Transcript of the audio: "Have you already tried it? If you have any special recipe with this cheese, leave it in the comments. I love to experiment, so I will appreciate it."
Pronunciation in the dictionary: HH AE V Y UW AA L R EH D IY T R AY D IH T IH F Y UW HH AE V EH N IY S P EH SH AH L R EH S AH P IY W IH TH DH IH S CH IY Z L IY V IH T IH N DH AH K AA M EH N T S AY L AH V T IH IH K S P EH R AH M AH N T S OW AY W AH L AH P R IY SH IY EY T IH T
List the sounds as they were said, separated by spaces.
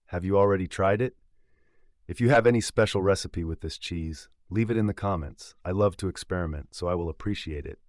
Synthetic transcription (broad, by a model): HH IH V Y AA L R EH D IY T R AY D IH T IH F Y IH V EH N IY S P EH SH L R EH S AH P IY W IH DH IH S CH IY Z L IY V IH T IH N DH AH K AA M EH N T S AY L AH V T IH IH K S P EH R AH M AH N T S OW AY W AH L AH P R IY SH IY EY T IH T